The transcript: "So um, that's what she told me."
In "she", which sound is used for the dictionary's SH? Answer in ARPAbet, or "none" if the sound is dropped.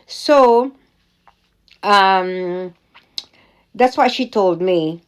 SH